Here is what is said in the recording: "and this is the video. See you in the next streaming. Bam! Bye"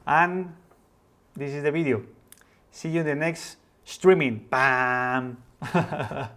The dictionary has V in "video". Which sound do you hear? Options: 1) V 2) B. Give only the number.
2